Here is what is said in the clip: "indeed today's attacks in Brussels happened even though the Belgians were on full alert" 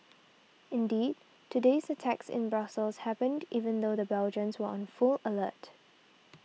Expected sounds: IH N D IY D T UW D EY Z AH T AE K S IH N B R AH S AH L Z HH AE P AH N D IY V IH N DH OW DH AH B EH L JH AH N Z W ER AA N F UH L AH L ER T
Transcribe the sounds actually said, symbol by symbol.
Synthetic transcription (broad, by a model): IH N D IY D T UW D EY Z AH T AE K S IH N B R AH S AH L S HH AE P AH N D IY V IH N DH OW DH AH B EH L JH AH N S W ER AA N F UH L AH L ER T